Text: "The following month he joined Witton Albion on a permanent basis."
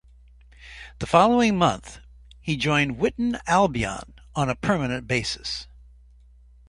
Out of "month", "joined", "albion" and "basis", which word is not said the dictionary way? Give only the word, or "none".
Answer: none